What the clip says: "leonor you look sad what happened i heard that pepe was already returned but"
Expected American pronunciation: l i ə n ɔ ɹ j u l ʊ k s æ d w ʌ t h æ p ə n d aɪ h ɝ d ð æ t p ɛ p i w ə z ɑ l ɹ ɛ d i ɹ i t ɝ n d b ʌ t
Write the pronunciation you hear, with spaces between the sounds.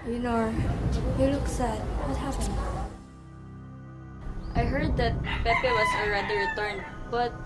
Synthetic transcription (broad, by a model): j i n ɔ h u l ʊ k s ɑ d w ʌ t h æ f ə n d aɪ h ɝ d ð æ t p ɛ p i w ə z ɑ l ɹ ɛ d i ɹ i t ɝ n d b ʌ t